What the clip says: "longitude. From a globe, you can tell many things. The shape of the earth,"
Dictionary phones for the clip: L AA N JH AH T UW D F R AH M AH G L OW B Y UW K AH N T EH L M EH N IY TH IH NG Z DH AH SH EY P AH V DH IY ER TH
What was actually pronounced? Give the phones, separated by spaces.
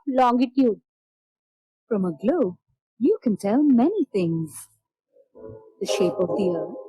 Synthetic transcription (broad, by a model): L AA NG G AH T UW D F R AH M AH G L OW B Y UW K AH N T EH L M EH N IY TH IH NG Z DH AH SH EY P AH V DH IY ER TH